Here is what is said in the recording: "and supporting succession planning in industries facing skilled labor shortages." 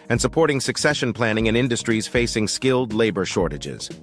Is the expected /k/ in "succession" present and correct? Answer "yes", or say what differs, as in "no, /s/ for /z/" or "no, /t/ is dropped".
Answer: yes